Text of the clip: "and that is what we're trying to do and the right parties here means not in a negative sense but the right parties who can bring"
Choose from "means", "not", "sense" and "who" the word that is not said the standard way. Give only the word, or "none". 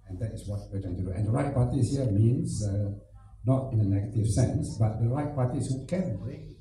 means